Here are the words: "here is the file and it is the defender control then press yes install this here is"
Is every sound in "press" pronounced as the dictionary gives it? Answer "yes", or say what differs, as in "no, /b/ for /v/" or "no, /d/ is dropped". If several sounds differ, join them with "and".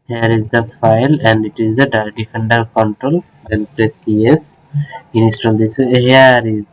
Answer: yes